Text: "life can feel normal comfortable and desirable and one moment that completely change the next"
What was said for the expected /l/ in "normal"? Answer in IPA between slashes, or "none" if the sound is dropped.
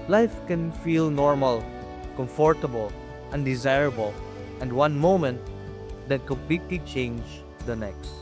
/l/